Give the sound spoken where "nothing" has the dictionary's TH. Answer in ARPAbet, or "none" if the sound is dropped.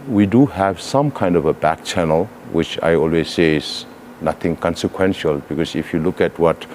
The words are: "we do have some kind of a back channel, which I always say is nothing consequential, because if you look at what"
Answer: T